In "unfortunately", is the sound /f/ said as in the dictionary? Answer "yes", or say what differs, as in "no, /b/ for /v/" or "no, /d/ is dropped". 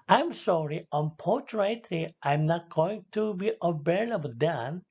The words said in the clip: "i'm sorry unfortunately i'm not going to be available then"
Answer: no, /p/ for /f/